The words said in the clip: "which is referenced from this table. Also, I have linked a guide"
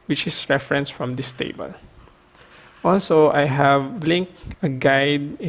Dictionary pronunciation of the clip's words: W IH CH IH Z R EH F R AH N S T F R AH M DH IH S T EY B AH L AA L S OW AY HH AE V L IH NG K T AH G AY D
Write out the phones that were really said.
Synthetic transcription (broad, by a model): W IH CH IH S R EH F R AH N S F R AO M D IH S T EY B AH L AA L S OW AY HH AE V L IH NG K AH G AY D